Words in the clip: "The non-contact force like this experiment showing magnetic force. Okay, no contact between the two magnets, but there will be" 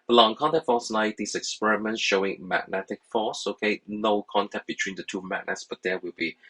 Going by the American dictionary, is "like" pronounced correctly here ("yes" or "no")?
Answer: no